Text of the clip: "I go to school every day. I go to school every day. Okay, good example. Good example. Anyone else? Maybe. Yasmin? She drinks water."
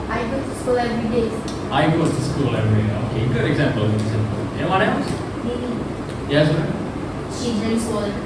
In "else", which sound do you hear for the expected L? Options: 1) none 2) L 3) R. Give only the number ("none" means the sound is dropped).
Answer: 1